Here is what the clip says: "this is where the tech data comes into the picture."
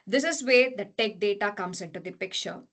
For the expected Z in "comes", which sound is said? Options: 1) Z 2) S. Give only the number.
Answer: 2